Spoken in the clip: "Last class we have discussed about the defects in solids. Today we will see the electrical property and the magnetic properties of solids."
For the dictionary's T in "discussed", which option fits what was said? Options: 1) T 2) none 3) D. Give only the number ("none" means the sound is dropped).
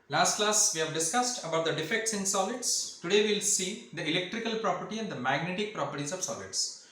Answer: 1